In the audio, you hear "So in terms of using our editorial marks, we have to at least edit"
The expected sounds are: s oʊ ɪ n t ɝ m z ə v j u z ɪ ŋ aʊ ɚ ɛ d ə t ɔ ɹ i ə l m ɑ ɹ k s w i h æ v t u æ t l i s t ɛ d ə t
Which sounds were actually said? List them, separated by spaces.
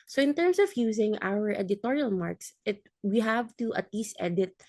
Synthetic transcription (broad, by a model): s oʊ ɪ n t ɝ m s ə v j u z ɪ ŋ aʊ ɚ ɛ d ə t ɔ ɹ i ə l m ɑ ɹ k s w i h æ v t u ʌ t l i s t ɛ d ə t